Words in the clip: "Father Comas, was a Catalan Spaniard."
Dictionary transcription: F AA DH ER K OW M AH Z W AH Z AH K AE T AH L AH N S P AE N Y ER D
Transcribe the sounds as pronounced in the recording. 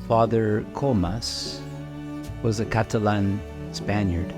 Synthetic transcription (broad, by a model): F AA DH ER K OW M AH S W AH Z AH K AE T AH L AH N S P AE N Y ER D